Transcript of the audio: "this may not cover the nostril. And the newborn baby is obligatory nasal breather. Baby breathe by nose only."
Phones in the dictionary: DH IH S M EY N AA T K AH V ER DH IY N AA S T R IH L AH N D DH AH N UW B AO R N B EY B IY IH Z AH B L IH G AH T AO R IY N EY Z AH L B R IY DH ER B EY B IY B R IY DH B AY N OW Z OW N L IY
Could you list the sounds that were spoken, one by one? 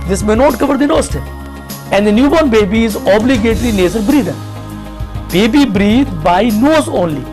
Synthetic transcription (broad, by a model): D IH S M EY N AA T K AH V ER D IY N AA S T IH AH N D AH N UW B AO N B EY B IY IH Z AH B L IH G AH T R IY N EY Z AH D B R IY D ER B EY B IY B R IY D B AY N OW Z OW N L IY